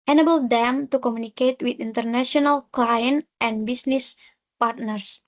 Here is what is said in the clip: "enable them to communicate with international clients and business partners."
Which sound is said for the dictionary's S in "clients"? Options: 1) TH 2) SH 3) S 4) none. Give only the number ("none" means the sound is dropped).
4